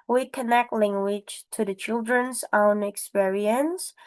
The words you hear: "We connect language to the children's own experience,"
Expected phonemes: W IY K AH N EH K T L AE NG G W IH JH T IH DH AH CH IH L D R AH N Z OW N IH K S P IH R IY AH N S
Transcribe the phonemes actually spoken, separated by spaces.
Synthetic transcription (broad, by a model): W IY K AH N EH K T L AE NG G W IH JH T IH DH AH CH IH L D R AH N Z OW N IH K S P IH R IY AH N S